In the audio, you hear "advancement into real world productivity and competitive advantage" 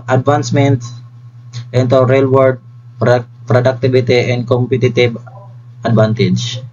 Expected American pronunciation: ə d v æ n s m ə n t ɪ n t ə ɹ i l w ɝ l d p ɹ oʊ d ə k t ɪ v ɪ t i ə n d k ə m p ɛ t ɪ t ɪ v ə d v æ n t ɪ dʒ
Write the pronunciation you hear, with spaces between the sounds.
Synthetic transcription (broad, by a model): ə d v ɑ n s m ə n t ɪ n t ə ɹ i l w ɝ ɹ d p ɹ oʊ d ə k t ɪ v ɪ t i ə n d k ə m p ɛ t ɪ t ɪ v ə d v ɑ n t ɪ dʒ